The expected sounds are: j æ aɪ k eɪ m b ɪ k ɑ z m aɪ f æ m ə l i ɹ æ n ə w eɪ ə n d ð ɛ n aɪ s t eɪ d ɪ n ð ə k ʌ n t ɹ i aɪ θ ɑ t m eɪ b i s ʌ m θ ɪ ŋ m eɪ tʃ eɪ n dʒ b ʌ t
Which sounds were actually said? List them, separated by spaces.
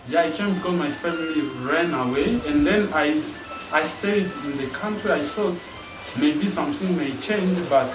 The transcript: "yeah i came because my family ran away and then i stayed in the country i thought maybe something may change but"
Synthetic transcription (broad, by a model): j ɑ aɪ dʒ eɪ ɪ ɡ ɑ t m aɪ f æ m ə l i ɹ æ n ə w eɪ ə n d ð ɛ n aɪ s t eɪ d ɪ n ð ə k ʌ n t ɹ i aɪ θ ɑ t m eɪ b i s ʌ m θ ɪ ŋ m eɪ tʃ eɪ n dʒ b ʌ t